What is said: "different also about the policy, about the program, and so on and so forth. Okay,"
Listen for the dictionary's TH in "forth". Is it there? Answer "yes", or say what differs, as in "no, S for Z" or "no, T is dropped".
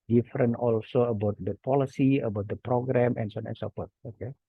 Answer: no, T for TH